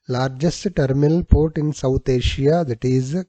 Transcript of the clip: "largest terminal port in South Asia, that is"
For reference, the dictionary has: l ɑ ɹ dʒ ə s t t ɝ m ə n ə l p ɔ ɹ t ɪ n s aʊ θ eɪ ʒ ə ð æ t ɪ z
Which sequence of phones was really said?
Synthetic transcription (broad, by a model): l ɑ ɹ dʒ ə s t t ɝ m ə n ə l p ɔ ɹ t ɪ n s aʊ t eɪ ʃ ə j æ t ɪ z